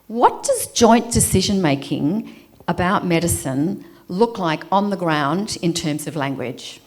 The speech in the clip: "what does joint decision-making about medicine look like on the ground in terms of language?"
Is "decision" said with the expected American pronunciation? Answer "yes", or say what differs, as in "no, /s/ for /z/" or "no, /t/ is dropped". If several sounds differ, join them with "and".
yes